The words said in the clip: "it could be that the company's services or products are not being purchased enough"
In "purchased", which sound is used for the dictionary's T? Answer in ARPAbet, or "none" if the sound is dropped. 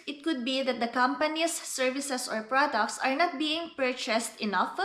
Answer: T